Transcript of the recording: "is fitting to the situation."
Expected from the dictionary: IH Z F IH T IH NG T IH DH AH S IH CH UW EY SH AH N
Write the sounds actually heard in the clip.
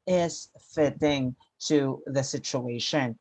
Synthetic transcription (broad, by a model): IH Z F IH T IH NG T IH DH AH S IH CH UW EY SH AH N